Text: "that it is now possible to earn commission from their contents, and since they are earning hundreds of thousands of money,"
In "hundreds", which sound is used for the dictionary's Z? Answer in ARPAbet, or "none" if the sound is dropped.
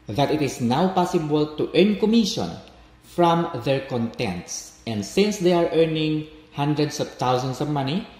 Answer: S